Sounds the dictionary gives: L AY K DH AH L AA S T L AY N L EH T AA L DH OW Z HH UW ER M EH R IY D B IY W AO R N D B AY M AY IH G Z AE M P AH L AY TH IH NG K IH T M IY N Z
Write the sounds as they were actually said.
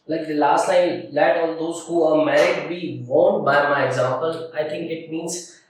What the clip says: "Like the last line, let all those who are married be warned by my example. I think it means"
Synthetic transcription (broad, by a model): L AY K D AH L AA S T N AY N L EH T AA L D OW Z HH UW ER M EH R IY D B IY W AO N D B AY M AY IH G Z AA M P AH L AY T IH NG K IH T M IY N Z